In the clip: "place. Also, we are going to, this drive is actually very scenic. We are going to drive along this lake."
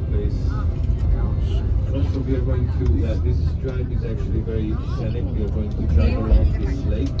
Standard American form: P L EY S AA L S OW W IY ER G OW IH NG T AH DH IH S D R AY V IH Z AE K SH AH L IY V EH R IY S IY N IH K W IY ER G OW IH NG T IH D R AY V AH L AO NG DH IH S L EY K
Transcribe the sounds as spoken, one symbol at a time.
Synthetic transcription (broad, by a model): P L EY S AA N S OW W IY ER G OW IH NG T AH DH IH S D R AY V IH Z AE K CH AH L IY V EH R IY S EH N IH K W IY ER G OW IH NG T IH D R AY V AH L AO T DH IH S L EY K